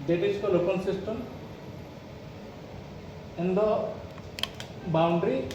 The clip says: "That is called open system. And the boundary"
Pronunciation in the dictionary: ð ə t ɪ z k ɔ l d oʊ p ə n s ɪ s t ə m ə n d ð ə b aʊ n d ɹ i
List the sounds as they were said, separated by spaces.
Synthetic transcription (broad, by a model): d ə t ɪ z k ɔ l oʊ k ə l s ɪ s t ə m ə n d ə b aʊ n d ɹ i